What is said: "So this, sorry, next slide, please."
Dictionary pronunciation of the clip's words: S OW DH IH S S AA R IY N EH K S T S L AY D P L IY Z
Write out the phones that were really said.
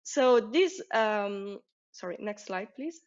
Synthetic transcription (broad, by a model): S OW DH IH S S AA R IY N EH K S T S L AY D P L IY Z